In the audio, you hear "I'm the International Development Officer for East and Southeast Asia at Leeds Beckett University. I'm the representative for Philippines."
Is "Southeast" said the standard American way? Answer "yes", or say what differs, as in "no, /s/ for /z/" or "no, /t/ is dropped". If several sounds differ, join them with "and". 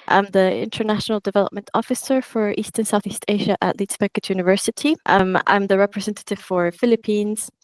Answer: yes